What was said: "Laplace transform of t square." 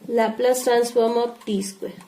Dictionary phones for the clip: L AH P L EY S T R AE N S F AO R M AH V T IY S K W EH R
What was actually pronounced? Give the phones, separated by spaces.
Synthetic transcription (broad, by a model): L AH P L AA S T R AE N S F AO R M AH P T IY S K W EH